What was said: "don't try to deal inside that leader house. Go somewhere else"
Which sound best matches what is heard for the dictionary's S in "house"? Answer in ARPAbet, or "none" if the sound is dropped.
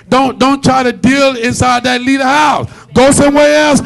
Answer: S